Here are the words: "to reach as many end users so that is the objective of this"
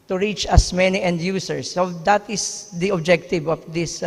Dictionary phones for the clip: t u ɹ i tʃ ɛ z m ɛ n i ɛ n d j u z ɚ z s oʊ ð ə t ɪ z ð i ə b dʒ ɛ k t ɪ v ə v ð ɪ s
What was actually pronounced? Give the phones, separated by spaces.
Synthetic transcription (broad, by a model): t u ɹ i tʃ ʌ s m ɛ n i ɛ n d j u s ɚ s oʊ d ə t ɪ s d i ə b dʒ ɛ k t ɪ v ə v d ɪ s